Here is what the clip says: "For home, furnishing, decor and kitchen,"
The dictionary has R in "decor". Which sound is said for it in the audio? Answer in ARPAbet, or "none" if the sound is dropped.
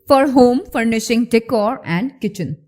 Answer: R